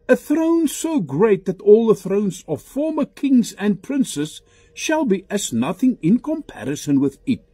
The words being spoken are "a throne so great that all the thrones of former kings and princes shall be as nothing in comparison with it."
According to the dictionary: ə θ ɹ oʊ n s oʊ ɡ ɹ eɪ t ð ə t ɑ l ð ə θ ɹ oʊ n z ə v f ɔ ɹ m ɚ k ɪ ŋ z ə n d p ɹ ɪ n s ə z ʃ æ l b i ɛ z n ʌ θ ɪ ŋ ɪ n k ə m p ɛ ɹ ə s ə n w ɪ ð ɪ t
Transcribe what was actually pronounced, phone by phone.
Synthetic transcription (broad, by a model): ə θ ɹ oʊ n s oʊ ɡ ɹ eɪ t ð ə t ɑ l ð ə θ ɹ oʊ n z ə v f ɔ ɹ m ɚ k ɪ ŋ z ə n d p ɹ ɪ n s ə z ʃ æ l b i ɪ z n ʌ θ ɪ ŋ ɪ n k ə m p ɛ ɹ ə s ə n w ɪ ð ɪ t